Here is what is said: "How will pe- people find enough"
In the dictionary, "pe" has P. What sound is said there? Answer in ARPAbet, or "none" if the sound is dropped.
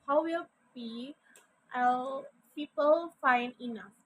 B